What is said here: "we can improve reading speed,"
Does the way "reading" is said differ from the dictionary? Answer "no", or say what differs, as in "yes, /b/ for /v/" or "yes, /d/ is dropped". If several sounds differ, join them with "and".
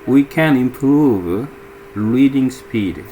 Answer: yes, /l/ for /ɹ/